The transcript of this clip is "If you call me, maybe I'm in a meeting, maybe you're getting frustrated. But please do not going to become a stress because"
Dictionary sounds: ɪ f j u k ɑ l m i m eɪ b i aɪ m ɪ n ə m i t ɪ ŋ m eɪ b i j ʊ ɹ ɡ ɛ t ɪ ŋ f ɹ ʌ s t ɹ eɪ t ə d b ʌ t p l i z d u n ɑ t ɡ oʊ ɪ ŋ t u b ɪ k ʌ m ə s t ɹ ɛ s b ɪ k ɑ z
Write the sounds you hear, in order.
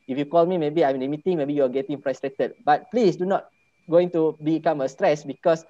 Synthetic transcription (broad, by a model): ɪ f j u k ɑ l m i m eɪ b i aɪ m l ə m i t ɪ ŋ m eɪ b i j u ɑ ɡ ɛ t ɪ ŋ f ɹ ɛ s t ɹ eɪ t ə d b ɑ t p l i s d u n ɑ t ɡ oʊ ɪ ŋ t u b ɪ k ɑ m ə s t ɹ ɛ s b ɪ k ɑ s